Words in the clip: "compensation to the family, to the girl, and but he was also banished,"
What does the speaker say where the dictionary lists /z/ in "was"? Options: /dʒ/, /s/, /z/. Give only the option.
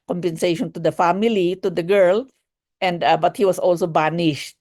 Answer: /s/